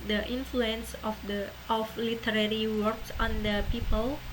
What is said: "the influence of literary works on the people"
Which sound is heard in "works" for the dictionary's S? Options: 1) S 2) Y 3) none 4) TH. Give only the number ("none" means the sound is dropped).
1